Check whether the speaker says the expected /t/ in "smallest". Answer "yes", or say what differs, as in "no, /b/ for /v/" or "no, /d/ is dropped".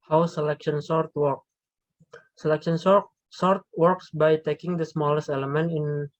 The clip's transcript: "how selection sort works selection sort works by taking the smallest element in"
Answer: yes